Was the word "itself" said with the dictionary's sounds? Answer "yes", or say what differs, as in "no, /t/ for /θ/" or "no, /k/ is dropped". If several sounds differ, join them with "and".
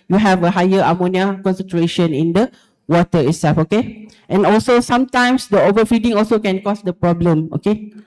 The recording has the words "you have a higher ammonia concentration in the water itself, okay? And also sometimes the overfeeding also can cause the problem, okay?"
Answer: no, /l/ is dropped